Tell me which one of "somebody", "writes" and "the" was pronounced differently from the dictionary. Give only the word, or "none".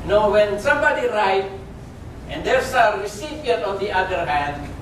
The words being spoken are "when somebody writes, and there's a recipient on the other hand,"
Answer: writes